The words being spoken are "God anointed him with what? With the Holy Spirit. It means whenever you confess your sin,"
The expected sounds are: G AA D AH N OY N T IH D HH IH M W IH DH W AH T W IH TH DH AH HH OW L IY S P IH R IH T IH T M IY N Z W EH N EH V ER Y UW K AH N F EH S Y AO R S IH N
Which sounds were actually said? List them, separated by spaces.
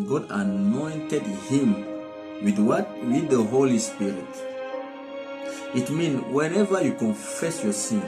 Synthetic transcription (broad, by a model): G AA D AH N OY N T IH D HH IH M W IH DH W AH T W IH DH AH HH OW L IY S P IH R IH T IH T M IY N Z W EH N EH V ER Y UW K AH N F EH S Y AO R S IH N